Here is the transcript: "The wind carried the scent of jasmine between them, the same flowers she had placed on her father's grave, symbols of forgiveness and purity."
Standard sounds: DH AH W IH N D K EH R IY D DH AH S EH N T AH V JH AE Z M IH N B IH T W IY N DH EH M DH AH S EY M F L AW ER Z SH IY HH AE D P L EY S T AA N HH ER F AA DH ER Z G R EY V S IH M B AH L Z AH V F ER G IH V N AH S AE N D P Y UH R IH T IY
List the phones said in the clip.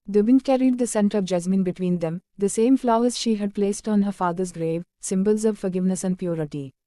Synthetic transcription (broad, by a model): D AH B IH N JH K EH R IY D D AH S EH N T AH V JH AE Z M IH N B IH T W IY N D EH M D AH S EY M F L AW ER Z SH IY HH AE D P L EY S T AA N HH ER F AA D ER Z G R EY V S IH M B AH L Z AH V F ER G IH V N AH S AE N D P Y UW R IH T IY